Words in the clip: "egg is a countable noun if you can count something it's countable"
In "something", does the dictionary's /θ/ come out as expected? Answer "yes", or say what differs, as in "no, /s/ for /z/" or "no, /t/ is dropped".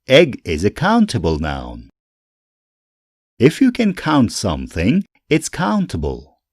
yes